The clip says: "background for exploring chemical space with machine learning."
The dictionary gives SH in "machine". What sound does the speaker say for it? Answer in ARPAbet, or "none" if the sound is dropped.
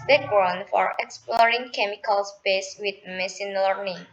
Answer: S